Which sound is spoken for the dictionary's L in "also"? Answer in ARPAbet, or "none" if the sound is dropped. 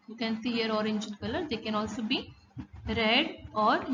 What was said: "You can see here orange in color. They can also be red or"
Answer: L